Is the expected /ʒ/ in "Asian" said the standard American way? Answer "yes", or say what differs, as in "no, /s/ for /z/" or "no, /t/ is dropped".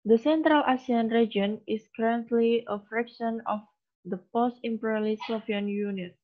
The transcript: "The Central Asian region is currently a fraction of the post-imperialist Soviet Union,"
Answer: no, /s/ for /ʒ/